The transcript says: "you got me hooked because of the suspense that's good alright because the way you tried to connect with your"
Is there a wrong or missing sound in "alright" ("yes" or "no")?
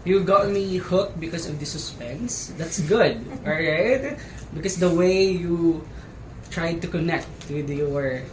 yes